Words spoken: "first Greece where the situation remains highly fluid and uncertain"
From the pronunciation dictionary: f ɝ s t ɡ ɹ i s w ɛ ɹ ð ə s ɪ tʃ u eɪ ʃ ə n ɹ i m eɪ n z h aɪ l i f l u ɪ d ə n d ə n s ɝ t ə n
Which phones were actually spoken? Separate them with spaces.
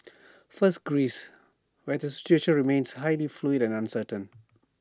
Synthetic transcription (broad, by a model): f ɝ s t ɡ ɹ i s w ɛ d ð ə s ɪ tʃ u eɪ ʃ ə n ɹ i m eɪ n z h aɪ l i f l u ɪ d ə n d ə n s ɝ t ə n